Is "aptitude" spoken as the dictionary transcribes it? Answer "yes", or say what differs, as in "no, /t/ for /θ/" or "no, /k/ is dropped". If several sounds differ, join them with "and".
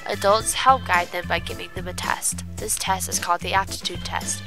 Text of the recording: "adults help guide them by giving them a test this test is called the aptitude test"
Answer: no, /p/ is dropped